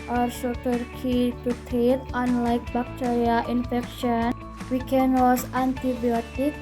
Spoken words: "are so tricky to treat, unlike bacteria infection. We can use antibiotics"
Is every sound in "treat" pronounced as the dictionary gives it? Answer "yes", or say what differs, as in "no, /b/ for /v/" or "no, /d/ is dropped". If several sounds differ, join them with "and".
no, /ɹ/ is dropped